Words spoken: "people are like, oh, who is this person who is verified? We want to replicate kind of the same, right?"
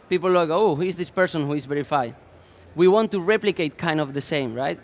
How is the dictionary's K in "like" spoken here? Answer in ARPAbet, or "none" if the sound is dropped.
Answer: none